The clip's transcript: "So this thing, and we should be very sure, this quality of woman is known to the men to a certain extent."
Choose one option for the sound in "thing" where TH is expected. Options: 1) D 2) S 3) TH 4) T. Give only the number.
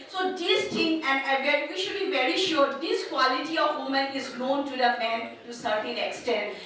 4